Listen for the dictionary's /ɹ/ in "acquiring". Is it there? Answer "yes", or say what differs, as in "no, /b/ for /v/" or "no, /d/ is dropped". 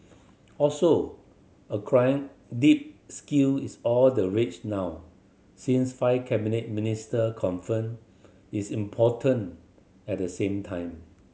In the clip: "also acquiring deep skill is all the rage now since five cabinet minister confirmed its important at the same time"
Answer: no, /ɹ/ is dropped